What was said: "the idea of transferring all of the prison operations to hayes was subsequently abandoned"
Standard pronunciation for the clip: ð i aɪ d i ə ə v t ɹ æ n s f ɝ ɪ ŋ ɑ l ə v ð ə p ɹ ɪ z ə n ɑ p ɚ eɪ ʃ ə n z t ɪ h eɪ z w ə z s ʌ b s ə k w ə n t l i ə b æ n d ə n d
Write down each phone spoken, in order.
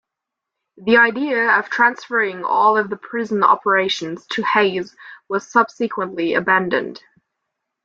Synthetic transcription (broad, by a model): ð i aɪ d i ə ə v t ɹ æ n s f ɝ ɪ ŋ ɑ l ə v ð ə p ɹ ɪ z ə n ɑ p ɚ eɪ ʃ ə n z t ɪ h eɪ z w ə z s ʌ b s ə k w ə n t l i ə b æ n d ə n d